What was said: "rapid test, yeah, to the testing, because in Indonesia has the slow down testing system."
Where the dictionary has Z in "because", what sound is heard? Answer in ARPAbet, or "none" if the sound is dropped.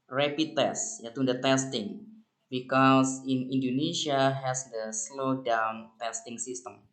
S